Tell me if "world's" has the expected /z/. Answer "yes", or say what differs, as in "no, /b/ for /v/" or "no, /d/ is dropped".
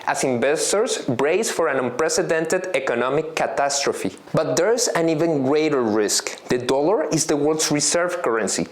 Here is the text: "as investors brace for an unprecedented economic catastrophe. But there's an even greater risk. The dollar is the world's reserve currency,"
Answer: no, /s/ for /z/